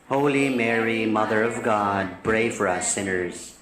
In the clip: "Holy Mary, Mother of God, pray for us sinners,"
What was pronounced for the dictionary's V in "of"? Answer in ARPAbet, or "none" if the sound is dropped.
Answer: V